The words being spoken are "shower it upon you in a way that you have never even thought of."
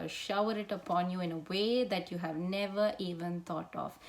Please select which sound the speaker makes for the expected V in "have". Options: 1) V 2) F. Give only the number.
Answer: 1